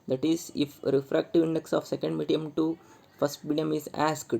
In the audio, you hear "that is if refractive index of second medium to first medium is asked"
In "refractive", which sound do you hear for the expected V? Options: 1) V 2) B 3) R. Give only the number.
1